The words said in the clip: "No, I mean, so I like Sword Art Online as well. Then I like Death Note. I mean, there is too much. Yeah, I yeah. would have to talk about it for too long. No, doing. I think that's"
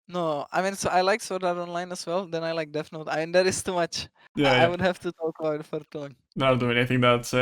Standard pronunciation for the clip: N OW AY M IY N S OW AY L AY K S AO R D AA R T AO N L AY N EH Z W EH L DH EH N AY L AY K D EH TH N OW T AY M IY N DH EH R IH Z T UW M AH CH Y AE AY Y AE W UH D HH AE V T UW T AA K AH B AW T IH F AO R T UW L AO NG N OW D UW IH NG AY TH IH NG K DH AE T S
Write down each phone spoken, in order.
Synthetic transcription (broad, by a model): N OW AY M IY N S OW AY L AY K S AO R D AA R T AO N L AY N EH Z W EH L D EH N AY L AY K D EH F N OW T AY M IY N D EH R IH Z T UW M AH CH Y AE AY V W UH D HH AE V T UW T AA K AH B AW T F AO R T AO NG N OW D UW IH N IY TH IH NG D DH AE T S